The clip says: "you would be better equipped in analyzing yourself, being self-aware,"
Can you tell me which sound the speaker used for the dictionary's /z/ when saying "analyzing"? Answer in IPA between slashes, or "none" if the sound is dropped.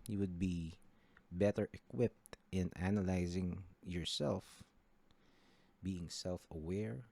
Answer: /z/